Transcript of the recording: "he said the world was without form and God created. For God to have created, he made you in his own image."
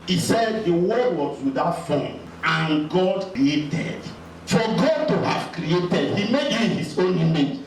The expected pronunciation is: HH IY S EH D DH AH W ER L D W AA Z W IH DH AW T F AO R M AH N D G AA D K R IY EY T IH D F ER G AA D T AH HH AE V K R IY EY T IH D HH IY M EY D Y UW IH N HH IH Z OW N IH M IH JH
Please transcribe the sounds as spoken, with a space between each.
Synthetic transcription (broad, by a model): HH IY S EH D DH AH W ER D W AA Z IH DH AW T F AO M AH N G AA D K R IY EY T IH D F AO G AA D T AH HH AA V K R IY EY T IH D HH IY M EY D Y UW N HH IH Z OW N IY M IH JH